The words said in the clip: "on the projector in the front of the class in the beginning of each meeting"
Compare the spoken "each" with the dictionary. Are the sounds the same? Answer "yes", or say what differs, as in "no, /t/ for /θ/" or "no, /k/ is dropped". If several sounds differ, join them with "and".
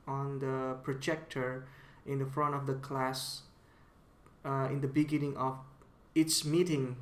no, /s/ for /tʃ/